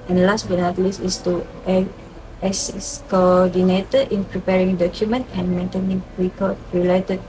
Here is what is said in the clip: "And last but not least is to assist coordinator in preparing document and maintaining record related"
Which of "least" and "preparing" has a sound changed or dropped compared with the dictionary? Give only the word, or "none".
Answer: least